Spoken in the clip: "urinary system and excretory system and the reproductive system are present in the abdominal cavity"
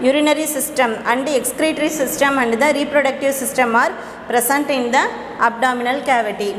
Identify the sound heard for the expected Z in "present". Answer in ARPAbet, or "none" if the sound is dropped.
S